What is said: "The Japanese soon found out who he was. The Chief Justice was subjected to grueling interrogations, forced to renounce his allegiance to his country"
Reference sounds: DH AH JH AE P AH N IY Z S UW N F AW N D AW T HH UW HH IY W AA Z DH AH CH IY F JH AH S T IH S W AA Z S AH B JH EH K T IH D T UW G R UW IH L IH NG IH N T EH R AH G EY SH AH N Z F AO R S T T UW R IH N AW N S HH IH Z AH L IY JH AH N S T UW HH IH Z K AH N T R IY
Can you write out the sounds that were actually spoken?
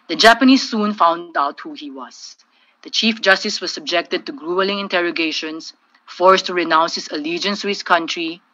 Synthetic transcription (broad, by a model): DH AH JH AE P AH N IY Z S UW N F AW N D AW T HH UW HH IY W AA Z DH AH CH IY F JH AH S T IH S W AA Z S AH B JH EH K T IH D T UW G R UW IH L IH NG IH N T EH R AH G EY SH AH N S F AO R S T T UW R IH N AW N S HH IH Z AH L IY JH AH N S T UW HH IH S K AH N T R IY